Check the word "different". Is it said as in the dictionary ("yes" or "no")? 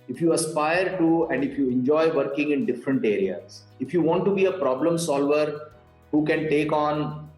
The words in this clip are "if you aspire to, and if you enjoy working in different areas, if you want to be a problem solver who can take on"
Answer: yes